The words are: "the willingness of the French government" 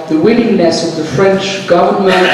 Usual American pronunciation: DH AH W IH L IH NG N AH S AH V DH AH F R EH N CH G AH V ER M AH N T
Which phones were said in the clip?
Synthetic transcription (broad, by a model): DH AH W IH N IH NG N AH S AH V DH AH F R EH N CH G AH V ER M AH N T